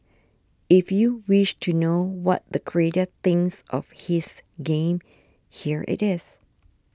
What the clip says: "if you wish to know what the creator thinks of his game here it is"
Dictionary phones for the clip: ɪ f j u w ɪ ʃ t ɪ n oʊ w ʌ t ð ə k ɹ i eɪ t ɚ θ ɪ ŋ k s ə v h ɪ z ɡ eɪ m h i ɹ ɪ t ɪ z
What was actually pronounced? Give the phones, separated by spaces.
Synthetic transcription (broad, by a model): ɪ f j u w ɪ ʃ t ɪ n oʊ w ʌ t ð ə k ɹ i eɪ t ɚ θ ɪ ŋ s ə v h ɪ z ɡ eɪ m h i ɹ ɪ t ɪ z